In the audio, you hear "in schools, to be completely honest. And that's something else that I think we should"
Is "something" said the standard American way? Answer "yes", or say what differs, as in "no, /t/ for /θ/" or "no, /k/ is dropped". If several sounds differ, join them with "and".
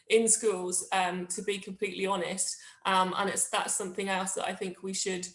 yes